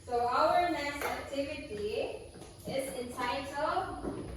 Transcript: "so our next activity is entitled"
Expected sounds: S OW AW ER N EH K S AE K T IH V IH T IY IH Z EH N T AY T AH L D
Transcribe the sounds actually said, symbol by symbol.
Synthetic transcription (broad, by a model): S OW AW ER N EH S AE K T IH V IH T IY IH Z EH N T AY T L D